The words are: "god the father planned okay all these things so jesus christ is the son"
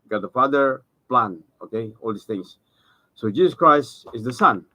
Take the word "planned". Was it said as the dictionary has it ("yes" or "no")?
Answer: no